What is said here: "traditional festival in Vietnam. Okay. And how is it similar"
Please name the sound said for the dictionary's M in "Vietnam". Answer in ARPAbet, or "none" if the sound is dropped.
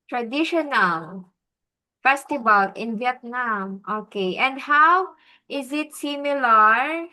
M